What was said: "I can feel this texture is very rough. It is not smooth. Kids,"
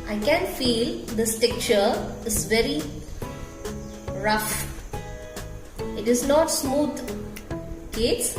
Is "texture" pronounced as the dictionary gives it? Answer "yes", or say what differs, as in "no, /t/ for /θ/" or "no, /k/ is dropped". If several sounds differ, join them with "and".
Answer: no, /s/ is dropped